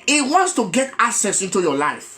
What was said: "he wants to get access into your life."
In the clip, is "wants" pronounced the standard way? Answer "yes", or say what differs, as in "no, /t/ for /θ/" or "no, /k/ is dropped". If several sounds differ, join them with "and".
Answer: yes